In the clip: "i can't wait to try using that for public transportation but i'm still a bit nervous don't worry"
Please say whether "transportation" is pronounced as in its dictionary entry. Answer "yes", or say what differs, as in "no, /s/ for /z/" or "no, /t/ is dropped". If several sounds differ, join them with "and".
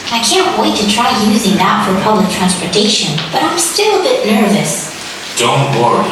yes